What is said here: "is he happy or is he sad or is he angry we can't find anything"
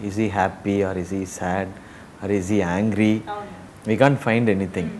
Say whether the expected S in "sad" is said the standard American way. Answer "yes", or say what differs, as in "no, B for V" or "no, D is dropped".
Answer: yes